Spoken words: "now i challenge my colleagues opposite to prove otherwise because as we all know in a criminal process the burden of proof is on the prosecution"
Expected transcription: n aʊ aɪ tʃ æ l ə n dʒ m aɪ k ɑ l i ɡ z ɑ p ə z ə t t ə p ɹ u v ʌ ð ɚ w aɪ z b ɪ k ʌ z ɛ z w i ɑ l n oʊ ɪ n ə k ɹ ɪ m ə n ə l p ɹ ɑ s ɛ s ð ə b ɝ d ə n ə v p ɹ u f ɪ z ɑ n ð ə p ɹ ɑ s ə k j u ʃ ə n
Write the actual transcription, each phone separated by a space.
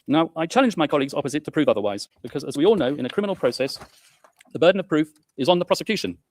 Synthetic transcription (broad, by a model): n aʊ aɪ tʃ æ l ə n dʒ m aɪ k ɑ l i ɡ z ɑ p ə z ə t t ə p ɹ u v ʌ ð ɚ w aɪ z b ɪ k ʌ z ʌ z w i ɑ l n oʊ ɪ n ə k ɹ ɪ m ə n l p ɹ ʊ s ɛ s ð ə b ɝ d n ə v p ɹ u f ɪ z n ð ə p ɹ ɑ s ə k j u ʃ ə n